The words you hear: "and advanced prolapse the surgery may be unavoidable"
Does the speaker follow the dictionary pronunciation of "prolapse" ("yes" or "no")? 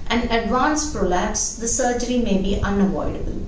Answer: yes